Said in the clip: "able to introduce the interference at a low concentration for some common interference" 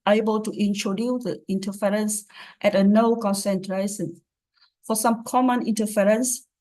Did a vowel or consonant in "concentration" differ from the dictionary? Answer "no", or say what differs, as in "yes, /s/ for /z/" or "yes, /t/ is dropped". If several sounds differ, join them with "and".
yes, /s/ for /ʃ/